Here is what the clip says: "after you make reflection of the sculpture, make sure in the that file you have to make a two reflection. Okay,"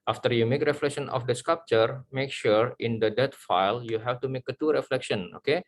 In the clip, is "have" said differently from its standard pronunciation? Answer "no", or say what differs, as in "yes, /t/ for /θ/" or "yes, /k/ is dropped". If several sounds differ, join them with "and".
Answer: yes, /f/ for /v/